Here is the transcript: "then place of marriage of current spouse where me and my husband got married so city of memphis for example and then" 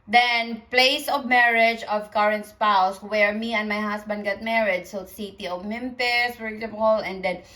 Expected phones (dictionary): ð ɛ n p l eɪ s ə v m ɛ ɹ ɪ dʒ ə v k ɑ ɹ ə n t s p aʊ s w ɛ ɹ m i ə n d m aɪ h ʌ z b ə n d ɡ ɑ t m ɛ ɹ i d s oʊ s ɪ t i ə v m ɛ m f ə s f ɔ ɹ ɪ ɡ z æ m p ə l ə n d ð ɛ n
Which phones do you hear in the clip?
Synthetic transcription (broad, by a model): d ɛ n p l eɪ s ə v m ɛ ɹ ɪ dʒ ə v k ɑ ɹ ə n t s p aʊ s w ɛ ɹ m i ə n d m aɪ h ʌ s b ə n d ɡ ɑ t m ɛ ɹ i d s oʊ s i t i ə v m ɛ m p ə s f ɔ ɹ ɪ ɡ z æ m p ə l ə n d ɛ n